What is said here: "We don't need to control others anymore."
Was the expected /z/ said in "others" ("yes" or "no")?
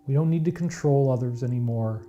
yes